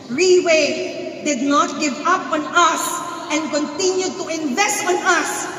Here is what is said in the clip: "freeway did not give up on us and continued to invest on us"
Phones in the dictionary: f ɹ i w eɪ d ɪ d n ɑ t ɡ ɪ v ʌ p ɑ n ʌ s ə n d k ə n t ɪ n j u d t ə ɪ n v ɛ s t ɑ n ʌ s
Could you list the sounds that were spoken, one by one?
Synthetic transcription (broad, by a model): ɹ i w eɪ d ɪ d n ɑ t ɡ ɪ v ʌ p ɑ n ʌ s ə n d k ə n t ɪ n j u d t ə ɪ n v ɛ s t ɑ n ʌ s